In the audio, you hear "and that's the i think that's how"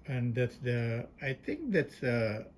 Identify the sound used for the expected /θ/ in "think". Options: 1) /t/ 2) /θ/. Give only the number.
1